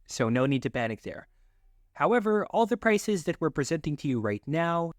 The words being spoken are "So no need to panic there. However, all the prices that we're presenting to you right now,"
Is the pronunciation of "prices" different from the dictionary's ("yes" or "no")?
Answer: no